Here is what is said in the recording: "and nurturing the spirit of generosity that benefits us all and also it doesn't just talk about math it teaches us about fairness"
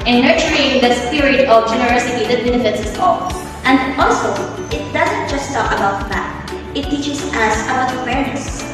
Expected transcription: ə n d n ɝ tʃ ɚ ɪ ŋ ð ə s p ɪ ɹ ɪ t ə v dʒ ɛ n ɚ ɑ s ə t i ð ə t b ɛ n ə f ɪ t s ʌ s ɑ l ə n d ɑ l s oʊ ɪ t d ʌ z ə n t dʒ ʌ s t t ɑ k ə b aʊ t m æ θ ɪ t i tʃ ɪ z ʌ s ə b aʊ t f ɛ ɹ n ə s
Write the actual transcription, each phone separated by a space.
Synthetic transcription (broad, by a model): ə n n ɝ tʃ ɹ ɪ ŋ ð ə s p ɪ ɹ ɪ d ə v dʒ ɛ n ɚ ɑ s ə t i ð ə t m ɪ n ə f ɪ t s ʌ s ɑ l ə n d ɑ l s oʊ ɪ t d ʌ z ə n t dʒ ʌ s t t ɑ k ə b aʊ t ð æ t ɪ t i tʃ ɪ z ʌ s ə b aʊ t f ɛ ɹ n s